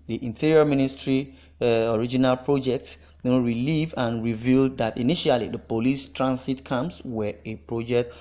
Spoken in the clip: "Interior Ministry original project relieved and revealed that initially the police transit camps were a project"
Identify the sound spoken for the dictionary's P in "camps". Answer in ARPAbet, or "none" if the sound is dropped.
none